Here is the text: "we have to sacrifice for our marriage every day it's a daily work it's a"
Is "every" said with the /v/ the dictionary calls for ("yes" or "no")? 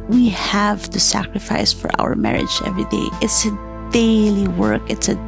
yes